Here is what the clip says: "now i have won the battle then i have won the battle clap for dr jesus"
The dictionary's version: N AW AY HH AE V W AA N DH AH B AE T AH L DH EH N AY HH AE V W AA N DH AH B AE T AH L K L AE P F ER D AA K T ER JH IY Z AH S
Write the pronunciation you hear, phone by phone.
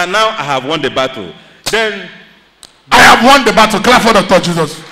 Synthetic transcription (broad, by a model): N AW AY HH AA V W AA N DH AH B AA T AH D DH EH N AY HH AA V W AA N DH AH B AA T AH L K L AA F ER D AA T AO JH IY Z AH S